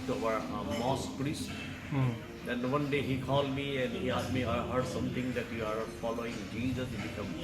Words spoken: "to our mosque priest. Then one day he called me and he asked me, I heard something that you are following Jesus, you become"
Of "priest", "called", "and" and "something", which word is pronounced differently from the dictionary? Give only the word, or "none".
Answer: something